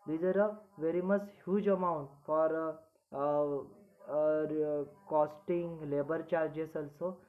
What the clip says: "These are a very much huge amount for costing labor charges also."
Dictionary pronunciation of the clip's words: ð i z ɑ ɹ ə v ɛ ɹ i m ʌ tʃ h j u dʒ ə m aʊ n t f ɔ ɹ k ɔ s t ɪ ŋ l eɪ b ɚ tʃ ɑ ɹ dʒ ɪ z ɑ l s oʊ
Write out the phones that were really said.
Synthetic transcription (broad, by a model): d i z ɑ ɹ ə v ɛ ɹ i m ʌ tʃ h j u dʒ ə m aʊ n t f ɔ ɹ k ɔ s t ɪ ŋ l eɪ b ɚ tʃ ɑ ɹ dʒ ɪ s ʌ l s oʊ